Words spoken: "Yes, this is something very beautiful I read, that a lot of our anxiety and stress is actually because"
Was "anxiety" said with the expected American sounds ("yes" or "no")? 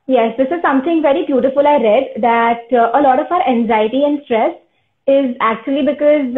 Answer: yes